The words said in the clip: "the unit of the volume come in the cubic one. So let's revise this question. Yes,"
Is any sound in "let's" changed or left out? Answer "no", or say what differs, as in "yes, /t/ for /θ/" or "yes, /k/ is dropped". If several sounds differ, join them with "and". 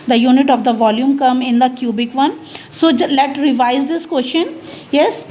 yes, /s/ is dropped